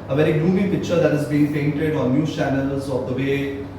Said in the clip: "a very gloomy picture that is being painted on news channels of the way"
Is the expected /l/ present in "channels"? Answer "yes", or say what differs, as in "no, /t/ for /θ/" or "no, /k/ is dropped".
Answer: yes